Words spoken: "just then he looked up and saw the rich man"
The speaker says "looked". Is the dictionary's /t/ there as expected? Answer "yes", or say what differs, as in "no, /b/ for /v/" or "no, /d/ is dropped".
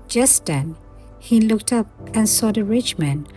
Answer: yes